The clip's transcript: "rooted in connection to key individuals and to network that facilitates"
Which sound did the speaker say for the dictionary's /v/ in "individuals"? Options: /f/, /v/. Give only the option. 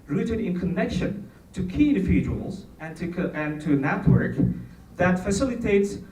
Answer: /f/